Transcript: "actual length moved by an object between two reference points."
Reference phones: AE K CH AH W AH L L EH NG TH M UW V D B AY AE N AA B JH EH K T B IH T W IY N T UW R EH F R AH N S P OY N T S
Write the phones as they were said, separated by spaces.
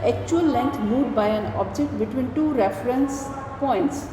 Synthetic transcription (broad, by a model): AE K CH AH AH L L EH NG T M UW D B AY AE N AA B JH EH K T B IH T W IY N T UW R EH F R AH N S P OY N T S